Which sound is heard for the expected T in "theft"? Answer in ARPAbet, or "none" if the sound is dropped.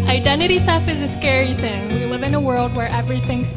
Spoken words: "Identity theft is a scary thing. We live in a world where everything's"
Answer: none